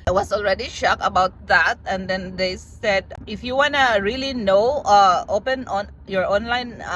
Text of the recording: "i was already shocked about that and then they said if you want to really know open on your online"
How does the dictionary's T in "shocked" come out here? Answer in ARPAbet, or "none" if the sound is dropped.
none